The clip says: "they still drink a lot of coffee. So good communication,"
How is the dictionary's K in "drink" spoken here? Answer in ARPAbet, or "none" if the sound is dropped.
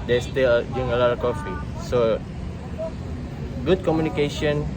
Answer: none